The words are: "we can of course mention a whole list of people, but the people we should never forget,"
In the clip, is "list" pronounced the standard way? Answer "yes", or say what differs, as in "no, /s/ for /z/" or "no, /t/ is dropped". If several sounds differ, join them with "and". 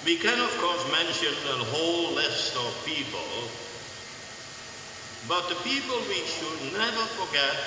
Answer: yes